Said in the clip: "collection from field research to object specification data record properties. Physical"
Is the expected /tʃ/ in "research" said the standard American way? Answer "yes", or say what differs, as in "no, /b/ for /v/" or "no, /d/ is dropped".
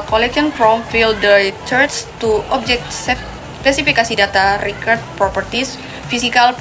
no, /s/ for /tʃ/